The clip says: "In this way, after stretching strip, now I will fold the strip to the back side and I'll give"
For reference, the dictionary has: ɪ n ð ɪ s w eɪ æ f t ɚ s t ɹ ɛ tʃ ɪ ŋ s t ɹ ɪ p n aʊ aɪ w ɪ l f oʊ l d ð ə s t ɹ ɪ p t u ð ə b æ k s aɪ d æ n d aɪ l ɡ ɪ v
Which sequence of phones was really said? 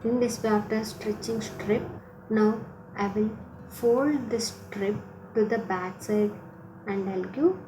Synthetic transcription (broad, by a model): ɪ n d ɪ s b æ t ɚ s t ɹ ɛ tʃ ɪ ŋ s t ɹ ɪ p n aʊ aɪ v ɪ l f oʊ l d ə s t ɹ ɪ p t u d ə b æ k s aɪ d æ n d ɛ l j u